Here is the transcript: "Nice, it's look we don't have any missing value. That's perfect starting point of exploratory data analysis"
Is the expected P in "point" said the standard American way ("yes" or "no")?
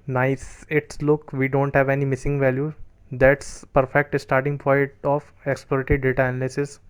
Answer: no